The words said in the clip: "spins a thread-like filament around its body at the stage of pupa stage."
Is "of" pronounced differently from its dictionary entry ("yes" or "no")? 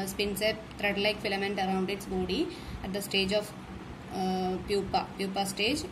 yes